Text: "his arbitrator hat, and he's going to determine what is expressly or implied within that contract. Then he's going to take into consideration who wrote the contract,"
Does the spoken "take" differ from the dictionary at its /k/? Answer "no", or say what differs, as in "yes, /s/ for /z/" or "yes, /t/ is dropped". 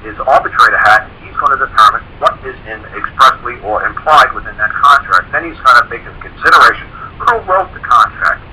yes, /k/ is dropped